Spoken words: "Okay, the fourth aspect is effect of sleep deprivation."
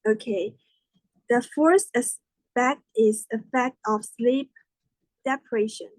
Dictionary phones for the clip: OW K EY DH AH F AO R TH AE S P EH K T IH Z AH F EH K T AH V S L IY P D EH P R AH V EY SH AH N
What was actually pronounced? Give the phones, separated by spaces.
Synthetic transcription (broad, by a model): OW K EY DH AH F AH R T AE S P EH K T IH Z AH F EH K T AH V S L IY P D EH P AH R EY SH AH N